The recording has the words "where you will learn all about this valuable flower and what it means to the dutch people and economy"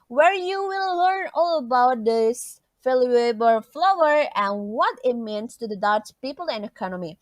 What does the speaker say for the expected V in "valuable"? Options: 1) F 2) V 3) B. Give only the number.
1